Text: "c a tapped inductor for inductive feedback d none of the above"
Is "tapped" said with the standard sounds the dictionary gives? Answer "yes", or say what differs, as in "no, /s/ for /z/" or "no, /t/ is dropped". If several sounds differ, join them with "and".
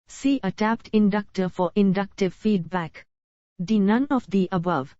yes